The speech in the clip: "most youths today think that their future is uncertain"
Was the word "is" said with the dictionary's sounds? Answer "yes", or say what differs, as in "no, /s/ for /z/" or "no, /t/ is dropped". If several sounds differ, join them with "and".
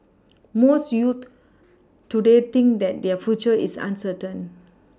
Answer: no, /s/ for /z/